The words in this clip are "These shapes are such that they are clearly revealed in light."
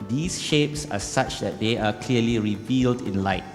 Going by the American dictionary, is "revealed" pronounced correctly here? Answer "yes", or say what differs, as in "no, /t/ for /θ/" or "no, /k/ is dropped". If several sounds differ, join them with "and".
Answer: yes